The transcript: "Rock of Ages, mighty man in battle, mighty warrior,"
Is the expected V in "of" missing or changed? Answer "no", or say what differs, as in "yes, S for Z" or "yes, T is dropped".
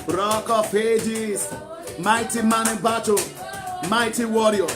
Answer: yes, P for V